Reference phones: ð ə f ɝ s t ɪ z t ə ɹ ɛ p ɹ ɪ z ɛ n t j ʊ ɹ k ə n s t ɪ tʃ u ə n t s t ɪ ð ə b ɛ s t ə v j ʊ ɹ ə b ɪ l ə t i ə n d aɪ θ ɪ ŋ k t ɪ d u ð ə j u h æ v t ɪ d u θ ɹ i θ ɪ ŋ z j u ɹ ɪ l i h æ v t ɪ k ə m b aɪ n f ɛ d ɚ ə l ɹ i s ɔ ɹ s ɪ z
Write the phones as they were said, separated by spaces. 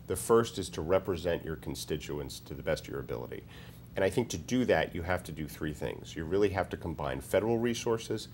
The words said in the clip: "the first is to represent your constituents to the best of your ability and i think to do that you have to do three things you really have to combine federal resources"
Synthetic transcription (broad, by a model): ð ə f ɝ s t ɪ z t ə ɹ ɛ p ɹ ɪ z ɛ n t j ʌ ɹ k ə n s t ɪ tʃ u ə n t s t ɪ ð ə b ɛ s t ə v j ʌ ɹ ə b ɪ l ə t i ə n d aɪ θ ɪ ŋ k t ɪ d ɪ ð ə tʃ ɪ h æ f t ɪ d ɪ θ ɹ i θ ɪ ŋ z j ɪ ɹ ɪ l i h æ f t ɪ k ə m b aɪ n f ɛ d ɚ l ɹ i s ɔ ɹ s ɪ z